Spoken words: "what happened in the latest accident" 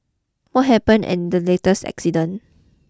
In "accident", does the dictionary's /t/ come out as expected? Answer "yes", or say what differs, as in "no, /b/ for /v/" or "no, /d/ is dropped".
no, /t/ is dropped